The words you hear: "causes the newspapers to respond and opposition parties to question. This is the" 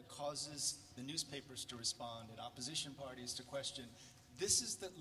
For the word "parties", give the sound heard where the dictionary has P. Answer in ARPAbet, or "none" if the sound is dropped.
P